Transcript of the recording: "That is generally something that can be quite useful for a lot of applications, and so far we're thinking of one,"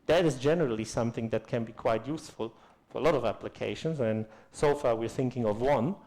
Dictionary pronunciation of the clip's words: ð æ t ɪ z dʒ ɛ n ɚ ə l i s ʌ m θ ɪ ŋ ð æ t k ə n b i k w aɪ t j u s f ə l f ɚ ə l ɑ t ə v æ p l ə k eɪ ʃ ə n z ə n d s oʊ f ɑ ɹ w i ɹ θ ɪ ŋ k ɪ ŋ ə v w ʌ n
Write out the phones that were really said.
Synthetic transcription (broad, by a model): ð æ t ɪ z dʒ ɛ n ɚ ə l i s ʌ m θ ɪ ŋ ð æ t k ə n b i k w aɪ t j u s f ə l f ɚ ə l ɑ t ə v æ p l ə k eɪ ʃ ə n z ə n s oʊ f ɑ ɹ w i ɹ θ ɪ ŋ k ɪ ŋ ə v w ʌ n